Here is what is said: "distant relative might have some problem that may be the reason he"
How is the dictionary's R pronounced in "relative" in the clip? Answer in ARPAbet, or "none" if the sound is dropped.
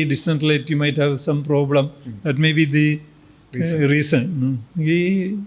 L